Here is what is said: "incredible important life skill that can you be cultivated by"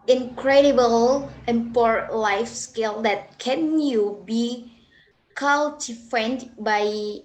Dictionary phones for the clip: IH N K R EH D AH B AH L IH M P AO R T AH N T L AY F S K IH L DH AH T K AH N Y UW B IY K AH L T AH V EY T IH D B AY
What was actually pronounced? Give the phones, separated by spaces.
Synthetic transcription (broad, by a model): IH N K R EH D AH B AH L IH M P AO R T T L AY F S K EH L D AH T K AH N Y UW B IY K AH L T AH F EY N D B AY